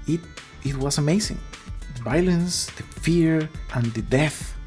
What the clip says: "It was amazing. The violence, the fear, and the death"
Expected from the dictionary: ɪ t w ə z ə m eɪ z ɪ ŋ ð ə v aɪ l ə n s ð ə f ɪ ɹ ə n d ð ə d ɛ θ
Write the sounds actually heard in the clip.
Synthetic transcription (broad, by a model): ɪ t w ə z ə m eɪ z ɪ ŋ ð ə v aɪ l ə n s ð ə f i ɹ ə n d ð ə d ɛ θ